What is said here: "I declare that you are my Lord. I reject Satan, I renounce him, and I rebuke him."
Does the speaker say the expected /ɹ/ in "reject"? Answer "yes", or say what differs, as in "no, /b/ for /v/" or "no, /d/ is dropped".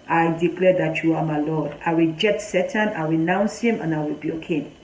no, /w/ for /ɹ/